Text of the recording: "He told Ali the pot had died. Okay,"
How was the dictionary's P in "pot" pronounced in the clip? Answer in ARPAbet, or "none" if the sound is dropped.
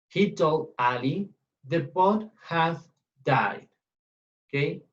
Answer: B